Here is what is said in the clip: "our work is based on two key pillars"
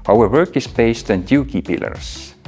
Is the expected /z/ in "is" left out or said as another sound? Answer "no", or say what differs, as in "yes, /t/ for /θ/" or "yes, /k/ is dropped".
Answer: yes, /s/ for /z/